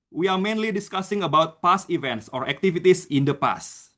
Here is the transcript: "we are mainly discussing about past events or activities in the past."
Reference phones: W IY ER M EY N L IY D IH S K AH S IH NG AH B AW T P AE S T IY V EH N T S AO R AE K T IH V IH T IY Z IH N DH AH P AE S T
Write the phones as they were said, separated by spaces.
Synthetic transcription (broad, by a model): W IY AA M EY N L IY D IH S K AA S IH NG AH B AW T P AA S IY V EH N T S AO R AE K T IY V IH T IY S IH N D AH P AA S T